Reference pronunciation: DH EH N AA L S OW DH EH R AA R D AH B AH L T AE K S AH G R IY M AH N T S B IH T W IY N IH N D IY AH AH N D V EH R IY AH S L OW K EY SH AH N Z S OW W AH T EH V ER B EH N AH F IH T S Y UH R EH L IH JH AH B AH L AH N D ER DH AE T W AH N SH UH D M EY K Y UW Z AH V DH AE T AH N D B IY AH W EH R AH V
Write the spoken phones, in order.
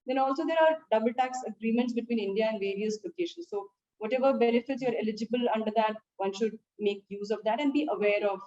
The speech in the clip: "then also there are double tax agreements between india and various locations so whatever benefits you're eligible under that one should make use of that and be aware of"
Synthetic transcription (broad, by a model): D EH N AA L S OW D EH R AA R D AH B AH L T AE K S AH G R IY M AH N T S B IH T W IY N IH N D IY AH AH N D V EH R IY AH S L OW K EY SH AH N S OW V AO T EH V ER B EH N AH F IH T S Y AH R EH L IH JH AH B AH L AH N D ER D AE T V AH N SH UH D M EY K Y UW Z AH V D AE T AH N D B IY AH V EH R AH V